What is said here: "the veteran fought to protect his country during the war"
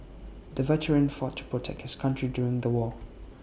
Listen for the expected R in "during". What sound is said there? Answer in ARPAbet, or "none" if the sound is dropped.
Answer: R